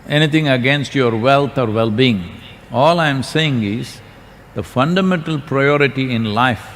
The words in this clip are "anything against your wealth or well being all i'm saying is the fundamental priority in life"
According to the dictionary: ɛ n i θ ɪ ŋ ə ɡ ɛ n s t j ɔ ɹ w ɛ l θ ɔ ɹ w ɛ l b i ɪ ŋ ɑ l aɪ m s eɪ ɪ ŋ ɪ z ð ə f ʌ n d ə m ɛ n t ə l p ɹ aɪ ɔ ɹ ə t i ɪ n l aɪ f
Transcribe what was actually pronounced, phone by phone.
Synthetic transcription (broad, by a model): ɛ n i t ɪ ŋ ə ɡ ɛ n s t j ɔ ɹ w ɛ l t ɔ ɹ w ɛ l b i ɪ ŋ ɑ l aɪ m s eɪ ɪ ŋ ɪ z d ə f ʌ n d ə m ɛ n t ə l p ɹ aɪ ɔ ɹ ə t i ɪ n l aɪ f